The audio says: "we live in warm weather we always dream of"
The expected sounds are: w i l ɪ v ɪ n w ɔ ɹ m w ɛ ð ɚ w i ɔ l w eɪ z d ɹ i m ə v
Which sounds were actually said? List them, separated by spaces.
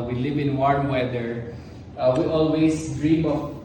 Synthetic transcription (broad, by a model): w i l ɪ v ɪ n w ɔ ɹ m w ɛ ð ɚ w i ɔ l w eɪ s d ɹ i m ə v